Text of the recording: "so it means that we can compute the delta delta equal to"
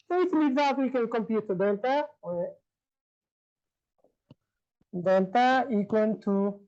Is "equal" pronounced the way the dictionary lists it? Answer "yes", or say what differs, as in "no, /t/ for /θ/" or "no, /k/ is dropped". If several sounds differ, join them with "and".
no, /n/ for /l/